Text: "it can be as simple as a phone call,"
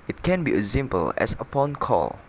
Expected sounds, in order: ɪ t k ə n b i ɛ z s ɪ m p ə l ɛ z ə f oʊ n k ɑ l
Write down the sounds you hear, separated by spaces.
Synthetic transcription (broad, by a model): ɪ t k ə n b i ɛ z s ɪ m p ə l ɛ s ə p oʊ n k ɑ l